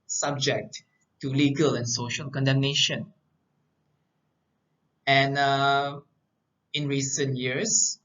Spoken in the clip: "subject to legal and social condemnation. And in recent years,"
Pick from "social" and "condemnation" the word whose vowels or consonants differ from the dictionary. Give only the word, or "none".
none